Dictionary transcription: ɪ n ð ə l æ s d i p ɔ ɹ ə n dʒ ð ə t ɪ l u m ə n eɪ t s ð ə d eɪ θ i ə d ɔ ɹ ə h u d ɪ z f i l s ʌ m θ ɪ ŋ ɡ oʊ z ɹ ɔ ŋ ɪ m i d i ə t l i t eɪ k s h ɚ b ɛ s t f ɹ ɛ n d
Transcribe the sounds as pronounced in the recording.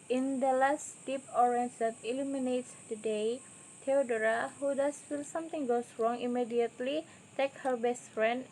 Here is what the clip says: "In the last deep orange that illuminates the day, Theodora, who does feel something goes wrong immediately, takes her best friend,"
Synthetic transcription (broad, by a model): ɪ n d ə l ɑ s d i p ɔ ɹ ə n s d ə t ɪ l u m ə n eɪ t s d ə d eɪ t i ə d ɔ ɹ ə h u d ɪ s f i l s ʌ m t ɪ ŋ ɡ oʊ s ɹ ɔ ŋ ɪ m i d i ə t l i t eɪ k h ɚ b ɛ s t f ɹ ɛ n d